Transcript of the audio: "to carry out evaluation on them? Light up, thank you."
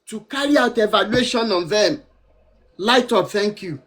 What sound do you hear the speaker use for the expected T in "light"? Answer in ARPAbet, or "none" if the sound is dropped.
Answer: T